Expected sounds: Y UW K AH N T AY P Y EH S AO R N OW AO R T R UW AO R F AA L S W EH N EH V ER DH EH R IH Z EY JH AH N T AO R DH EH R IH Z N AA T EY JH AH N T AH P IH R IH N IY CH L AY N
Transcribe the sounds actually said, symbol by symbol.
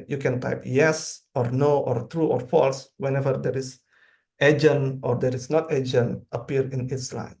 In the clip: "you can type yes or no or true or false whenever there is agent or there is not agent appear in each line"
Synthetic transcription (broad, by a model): Y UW K AH N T AY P Y EH S AO R N OW AO R T R UW AO R F AA L S W EH N EH V ER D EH R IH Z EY JH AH N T AO R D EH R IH S N AA T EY JH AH N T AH P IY R IH N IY S L AY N